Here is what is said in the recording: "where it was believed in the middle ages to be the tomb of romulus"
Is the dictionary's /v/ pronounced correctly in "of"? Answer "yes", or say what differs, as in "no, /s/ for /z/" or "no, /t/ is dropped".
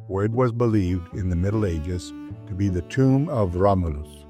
yes